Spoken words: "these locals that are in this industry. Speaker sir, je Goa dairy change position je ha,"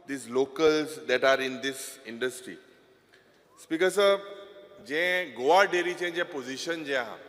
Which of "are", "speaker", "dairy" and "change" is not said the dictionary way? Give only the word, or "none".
change